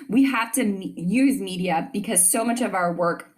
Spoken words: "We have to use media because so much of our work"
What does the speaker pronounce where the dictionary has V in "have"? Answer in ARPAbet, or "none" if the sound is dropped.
F